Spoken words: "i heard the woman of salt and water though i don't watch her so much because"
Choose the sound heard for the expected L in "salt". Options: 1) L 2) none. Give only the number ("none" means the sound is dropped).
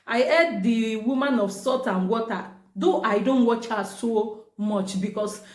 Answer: 2